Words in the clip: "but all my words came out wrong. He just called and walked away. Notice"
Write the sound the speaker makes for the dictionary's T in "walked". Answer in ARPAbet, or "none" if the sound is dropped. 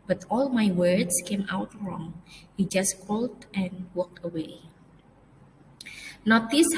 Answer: T